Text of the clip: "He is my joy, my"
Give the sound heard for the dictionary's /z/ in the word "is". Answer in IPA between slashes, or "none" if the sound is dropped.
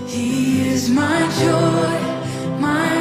/z/